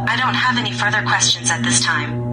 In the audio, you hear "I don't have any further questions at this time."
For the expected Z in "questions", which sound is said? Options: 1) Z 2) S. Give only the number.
1